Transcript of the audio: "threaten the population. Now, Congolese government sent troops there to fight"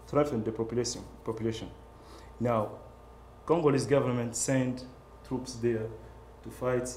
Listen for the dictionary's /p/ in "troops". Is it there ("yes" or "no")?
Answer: yes